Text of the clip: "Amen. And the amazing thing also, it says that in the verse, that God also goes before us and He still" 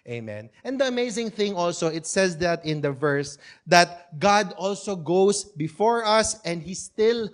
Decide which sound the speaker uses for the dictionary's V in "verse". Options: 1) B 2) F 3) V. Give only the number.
3